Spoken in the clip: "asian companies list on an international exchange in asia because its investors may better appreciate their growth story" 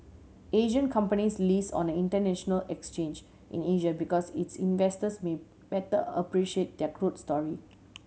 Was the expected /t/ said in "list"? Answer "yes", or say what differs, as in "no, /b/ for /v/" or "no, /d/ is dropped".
no, /t/ is dropped